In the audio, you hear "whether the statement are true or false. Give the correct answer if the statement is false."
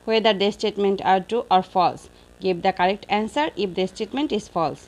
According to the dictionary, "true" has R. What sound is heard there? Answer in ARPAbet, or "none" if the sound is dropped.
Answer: none